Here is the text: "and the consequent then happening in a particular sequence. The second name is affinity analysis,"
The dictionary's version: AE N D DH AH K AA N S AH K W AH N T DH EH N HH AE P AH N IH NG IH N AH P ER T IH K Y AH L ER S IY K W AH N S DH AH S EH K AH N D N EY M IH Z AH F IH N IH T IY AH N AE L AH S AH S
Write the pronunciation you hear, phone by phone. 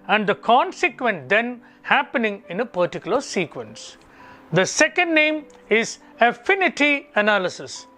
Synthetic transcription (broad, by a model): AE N D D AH K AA N S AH K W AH N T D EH N HH AE P AH N IH NG IH N AH P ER T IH K Y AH L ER S IY K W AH N S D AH S EH K AH N D N EY M IH Z AH F IH N IH T IY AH N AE L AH S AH S